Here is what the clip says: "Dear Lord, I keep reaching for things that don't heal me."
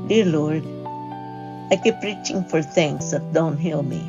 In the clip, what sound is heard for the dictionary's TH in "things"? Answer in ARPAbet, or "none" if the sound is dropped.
T